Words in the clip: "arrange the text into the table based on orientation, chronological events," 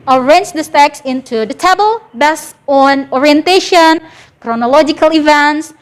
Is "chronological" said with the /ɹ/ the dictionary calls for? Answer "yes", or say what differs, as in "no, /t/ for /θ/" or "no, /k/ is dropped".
yes